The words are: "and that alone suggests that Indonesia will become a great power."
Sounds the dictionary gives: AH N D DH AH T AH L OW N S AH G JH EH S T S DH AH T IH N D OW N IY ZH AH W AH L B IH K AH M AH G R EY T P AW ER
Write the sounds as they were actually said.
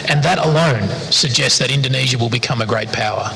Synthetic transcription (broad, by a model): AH N DH AH T AH L OW N S AH G JH EH S T S DH AH T IH N D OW N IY ZH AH W AH L B IH K AH M AH G R EY T P AW ER